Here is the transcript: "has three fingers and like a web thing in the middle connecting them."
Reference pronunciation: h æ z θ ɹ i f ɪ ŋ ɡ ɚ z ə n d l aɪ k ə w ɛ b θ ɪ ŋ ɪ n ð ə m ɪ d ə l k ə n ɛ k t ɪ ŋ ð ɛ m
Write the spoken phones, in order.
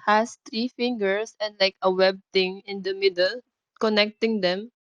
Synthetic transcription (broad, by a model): h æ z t ɹ i f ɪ ŋ ɡ ɚ s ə n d l aɪ k ə w ɛ b t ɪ ŋ ɪ n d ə m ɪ d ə l k ə n ɛ k t ɪ ŋ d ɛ m